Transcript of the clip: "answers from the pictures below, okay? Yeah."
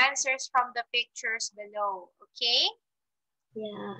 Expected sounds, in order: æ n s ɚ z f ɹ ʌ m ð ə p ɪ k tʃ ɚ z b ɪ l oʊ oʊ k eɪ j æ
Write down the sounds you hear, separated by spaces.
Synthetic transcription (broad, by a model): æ n s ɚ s f ɹ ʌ m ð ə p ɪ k tʃ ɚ s b ɪ l oʊ oʊ k eɪ j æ